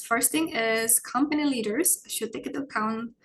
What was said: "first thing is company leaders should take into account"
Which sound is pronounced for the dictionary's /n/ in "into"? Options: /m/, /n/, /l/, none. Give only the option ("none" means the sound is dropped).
none